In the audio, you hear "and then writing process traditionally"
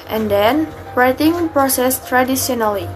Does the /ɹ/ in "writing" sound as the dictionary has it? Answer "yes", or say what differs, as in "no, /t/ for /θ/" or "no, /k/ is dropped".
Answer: yes